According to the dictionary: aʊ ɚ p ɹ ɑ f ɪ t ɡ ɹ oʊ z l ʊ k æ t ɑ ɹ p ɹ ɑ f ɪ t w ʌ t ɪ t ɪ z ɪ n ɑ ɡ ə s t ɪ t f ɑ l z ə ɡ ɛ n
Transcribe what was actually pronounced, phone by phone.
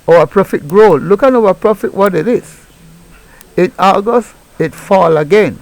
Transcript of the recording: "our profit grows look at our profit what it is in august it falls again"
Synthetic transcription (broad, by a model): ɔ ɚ p ɹ ɑ f ɪ t ɡ ɹ oʊ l l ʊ k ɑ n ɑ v p ɹ ɑ f ɪ t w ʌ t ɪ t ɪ s ɪ n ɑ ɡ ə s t ɪ t f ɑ l ə ɡ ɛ n